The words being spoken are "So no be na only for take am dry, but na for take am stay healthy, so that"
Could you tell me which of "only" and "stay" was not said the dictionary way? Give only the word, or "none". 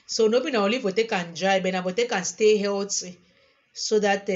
only